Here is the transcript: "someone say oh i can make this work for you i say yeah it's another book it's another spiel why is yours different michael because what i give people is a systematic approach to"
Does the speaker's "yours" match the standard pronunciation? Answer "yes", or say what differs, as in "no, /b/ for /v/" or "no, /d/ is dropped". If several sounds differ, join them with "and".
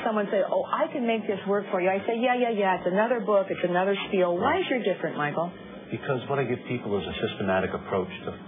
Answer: no, /z/ is dropped